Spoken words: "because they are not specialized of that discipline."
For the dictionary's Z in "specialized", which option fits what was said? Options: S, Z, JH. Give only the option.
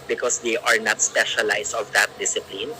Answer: S